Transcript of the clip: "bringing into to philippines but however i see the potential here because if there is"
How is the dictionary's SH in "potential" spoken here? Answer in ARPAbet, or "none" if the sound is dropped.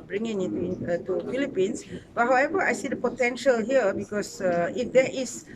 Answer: SH